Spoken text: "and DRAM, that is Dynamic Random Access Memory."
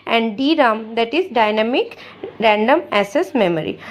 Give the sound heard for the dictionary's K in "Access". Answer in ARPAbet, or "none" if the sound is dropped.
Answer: none